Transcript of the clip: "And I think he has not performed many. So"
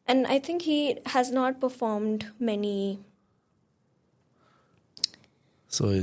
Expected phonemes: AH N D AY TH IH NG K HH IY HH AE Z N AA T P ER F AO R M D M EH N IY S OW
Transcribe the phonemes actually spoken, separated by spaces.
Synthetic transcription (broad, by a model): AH N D AY T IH NG K HH IY HH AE Z N AA T P ER F AO R M D M EH N IY S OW